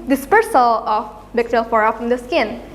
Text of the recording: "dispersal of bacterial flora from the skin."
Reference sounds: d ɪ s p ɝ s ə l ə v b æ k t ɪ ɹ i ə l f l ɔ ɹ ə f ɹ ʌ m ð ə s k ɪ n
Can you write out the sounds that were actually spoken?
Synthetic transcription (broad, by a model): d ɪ s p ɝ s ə l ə f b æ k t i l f ɔ ɹ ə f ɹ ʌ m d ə s k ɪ n